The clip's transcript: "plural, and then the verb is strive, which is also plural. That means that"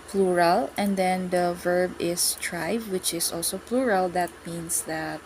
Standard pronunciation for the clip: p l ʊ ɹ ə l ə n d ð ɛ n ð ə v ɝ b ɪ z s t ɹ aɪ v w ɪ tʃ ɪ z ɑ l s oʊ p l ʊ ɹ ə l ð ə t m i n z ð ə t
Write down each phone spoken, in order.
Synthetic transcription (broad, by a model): p l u ɹ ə l ə n d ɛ n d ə v ɝ b ɪ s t ɹ aɪ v w ɪ tʃ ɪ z ɑ l s oʊ p l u ɹ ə l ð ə t m i n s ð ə t